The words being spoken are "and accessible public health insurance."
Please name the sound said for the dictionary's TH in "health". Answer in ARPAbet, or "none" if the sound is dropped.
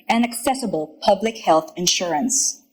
TH